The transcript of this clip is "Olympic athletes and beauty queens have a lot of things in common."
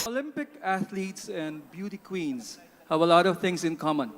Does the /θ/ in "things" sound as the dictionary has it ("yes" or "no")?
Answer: no